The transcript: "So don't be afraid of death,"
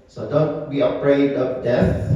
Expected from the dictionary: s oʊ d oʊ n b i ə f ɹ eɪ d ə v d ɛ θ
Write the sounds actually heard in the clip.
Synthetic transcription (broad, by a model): s oʊ d oʊ n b i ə p ɹ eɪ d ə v d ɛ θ